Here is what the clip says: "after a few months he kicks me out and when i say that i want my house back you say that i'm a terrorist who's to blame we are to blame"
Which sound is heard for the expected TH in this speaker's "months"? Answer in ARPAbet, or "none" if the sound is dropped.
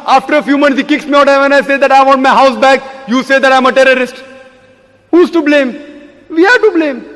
T